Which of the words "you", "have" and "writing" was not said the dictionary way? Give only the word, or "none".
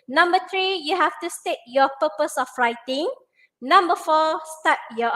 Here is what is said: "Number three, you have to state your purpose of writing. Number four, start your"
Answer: have